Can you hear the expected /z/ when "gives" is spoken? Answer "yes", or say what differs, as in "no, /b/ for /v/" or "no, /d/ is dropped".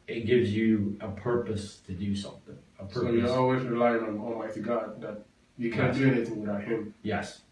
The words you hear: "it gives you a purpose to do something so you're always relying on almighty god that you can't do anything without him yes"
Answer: yes